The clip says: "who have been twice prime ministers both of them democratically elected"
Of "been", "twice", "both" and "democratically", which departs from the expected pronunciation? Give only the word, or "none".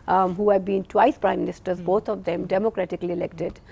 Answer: both